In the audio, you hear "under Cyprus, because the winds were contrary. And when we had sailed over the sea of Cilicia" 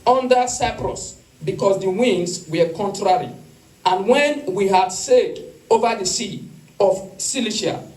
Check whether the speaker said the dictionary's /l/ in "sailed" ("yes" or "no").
no